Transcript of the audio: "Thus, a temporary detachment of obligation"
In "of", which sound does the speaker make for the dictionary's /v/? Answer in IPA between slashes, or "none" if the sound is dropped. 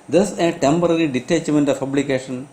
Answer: /p/